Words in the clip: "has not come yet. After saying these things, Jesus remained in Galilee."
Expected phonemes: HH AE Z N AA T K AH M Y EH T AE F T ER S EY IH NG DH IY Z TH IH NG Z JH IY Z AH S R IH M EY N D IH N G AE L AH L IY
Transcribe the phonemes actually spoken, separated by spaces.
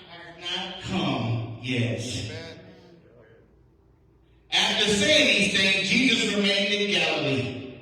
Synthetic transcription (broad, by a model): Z N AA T K AH M Y EH T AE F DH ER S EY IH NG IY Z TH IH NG JH IY Z AH S R IH M EY N D IH N G AE L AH L IY